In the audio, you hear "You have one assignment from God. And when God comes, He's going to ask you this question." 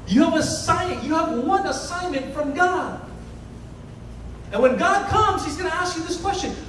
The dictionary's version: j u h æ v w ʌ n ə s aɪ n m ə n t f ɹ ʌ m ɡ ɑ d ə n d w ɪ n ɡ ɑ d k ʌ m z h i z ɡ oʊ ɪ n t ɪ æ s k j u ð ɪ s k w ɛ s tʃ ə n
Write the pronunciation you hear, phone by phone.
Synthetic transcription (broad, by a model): j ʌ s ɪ v w ʌ n ə s aɪ n m ə n t f ɹ ʌ m ɡ ɑ d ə n w ɪ n ɡ ɑ d k ʌ m z h i z ɡ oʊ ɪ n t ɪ æ s k j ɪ ð ɪ s k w ɛ s tʃ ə n